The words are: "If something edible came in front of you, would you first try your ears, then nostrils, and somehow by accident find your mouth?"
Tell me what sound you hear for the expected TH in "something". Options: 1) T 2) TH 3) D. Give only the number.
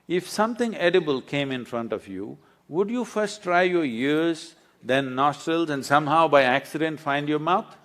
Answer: 1